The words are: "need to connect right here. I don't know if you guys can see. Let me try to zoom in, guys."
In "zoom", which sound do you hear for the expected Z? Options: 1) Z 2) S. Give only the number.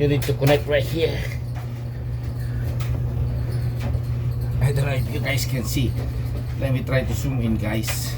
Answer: 2